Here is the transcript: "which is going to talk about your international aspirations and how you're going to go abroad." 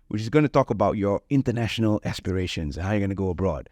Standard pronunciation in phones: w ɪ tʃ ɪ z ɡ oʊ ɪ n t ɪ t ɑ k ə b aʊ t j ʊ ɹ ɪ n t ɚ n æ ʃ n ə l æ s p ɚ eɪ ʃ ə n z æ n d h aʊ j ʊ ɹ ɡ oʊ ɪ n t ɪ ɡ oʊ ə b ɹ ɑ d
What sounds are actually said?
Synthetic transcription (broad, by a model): w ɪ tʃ ɪ z ɡ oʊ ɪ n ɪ t ɑ k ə b aʊ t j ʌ ɹ ɪ n t ɚ n æ ʃ n ə l æ s p ɚ eɪ ʃ ə n z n h aʊ j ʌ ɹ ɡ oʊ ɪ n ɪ ɡ oʊ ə b ɹ ɑ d